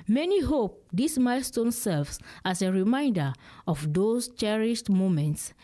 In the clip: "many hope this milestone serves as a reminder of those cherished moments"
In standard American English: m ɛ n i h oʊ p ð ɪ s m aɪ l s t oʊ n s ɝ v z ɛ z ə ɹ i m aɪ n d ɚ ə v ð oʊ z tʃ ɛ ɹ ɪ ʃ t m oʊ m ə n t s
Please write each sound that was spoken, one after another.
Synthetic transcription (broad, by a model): m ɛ n i h oʊ p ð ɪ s m aɪ l s t oʊ n s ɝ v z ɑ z ə ɹ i m aɪ n d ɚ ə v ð oʊ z tʃ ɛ ɹ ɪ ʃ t m oʊ m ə n t s